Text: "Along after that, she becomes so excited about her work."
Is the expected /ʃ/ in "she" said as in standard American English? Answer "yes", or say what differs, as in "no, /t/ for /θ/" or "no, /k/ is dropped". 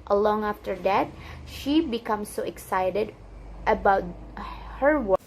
yes